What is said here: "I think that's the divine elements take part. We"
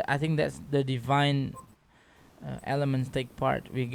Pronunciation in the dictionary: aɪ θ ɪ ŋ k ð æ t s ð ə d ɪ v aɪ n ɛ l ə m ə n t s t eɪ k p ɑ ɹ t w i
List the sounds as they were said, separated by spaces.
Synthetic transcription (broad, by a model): aɪ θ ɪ ŋ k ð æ t s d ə d ɪ v aɪ n ɛ l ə m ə n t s t eɪ k p ɑ ɹ t w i